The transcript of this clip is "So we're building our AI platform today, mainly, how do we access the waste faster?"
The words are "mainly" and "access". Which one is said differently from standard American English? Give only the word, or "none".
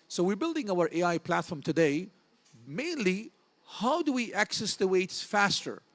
none